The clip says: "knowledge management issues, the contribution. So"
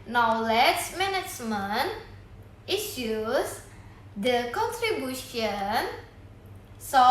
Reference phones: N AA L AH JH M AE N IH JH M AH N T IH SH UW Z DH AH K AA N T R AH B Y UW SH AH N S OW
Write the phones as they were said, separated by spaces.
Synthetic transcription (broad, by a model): N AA L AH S M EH N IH CH M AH N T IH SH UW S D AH K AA N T R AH B Y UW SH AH N S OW